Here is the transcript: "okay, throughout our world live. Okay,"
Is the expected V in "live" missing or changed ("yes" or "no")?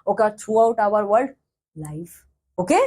yes